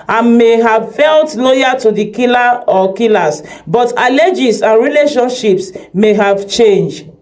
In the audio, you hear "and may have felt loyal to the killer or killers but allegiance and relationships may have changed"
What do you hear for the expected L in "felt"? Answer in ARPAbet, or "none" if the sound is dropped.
L